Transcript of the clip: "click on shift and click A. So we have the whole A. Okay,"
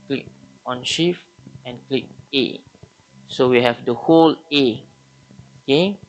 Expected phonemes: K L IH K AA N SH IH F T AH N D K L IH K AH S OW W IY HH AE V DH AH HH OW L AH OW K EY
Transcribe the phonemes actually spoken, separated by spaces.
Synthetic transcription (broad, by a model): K L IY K AA N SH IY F AH N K L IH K AH S OW W IY HH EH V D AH HH OW L AH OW K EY